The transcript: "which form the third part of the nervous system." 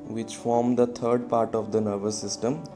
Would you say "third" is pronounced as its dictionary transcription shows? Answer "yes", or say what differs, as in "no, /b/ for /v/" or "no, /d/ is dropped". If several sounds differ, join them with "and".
no, /t/ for /θ/